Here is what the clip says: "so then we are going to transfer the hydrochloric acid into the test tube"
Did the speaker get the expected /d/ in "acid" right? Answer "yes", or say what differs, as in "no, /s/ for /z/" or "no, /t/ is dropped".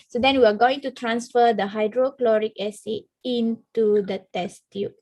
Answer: no, /d/ is dropped